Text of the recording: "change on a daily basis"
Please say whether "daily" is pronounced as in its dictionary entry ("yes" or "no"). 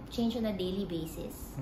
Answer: yes